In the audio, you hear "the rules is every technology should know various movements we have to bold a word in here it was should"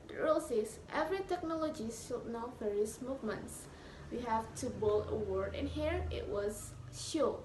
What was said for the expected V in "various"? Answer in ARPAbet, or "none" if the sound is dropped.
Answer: F